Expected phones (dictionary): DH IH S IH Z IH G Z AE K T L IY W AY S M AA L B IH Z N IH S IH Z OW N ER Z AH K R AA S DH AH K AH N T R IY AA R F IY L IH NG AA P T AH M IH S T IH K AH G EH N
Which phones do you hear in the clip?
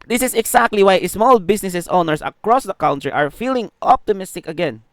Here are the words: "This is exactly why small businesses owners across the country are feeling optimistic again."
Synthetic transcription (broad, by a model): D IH S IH S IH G S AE K T L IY W AY S M AA L B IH S N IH S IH S OW N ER S AH K R AA S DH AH K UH N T R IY AA R F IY L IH NG AA P T AH M IH S T IH K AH G EH N